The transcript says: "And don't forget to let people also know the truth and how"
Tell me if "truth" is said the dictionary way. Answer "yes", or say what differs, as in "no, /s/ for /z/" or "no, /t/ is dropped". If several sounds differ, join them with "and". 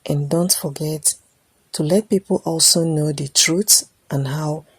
no, /s/ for /θ/